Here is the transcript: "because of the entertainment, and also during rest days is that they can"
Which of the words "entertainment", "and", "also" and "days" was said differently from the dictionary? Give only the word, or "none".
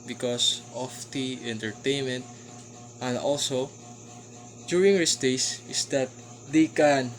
days